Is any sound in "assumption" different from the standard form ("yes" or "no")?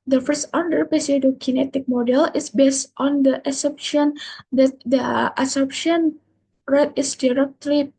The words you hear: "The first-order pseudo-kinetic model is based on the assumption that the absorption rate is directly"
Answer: yes